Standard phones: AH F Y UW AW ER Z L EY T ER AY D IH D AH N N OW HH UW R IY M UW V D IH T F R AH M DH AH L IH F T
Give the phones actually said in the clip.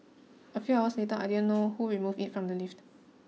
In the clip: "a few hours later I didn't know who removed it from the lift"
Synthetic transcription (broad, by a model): AH F Y UW AW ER S L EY T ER AY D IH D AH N N OW HH UW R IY M UW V IH T F R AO M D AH L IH F T